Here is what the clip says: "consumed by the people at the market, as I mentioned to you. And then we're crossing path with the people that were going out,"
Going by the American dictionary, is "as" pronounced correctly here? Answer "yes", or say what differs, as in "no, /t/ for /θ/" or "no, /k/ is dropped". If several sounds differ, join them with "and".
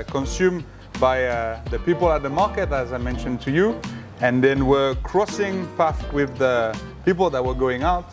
yes